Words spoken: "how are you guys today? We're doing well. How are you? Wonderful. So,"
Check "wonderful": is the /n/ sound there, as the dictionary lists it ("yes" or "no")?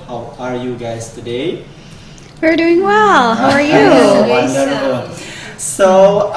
no